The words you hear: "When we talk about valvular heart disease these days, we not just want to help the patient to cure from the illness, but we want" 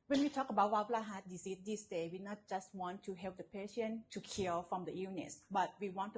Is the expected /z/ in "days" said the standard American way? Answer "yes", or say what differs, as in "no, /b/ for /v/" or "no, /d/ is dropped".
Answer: no, /z/ is dropped